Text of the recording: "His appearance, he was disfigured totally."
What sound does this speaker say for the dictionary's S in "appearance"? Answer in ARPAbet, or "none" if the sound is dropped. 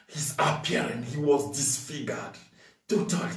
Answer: none